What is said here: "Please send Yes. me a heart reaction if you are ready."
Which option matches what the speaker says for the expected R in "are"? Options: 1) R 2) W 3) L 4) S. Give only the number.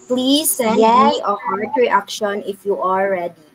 3